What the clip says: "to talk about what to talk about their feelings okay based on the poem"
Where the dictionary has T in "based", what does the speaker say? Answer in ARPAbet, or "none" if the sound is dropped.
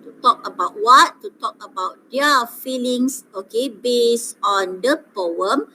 none